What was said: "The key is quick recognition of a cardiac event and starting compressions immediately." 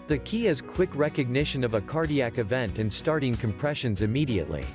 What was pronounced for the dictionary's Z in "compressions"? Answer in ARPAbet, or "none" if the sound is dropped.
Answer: Z